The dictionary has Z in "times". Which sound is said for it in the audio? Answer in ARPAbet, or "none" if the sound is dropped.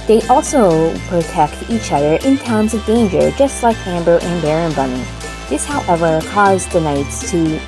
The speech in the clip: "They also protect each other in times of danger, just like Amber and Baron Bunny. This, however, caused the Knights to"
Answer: Z